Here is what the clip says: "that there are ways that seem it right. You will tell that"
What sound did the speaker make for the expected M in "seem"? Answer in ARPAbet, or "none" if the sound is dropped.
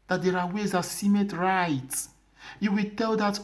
M